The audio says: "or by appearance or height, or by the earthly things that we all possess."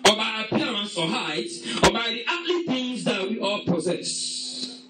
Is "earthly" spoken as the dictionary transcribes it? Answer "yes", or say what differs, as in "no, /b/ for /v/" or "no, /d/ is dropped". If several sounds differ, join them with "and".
no, /t/ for /θ/